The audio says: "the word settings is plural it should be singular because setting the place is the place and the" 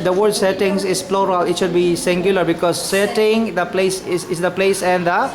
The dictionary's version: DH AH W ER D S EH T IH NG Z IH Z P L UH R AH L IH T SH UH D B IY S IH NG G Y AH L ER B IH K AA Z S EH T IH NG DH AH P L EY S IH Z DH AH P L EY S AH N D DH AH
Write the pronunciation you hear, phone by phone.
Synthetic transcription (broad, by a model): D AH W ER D S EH T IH NG S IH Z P L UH R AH L IH T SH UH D B IY S IH NG G Y AH L ER B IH K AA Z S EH T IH NG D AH P L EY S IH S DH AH P L EY S AH N D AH